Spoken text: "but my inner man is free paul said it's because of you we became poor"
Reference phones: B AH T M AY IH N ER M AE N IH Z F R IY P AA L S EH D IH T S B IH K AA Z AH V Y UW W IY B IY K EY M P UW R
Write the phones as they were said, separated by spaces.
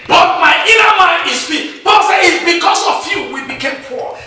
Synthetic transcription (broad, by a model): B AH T M AY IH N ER M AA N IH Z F IY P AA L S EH IH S B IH K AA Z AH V Y UW W IY B IY K EY M P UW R